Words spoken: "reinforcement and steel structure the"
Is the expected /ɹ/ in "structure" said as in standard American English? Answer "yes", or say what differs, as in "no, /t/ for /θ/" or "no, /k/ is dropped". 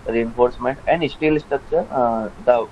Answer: no, /ɹ/ is dropped